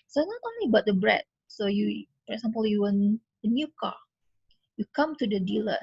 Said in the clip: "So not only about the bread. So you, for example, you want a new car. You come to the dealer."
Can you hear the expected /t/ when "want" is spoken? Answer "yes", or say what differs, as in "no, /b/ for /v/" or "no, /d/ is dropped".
no, /t/ is dropped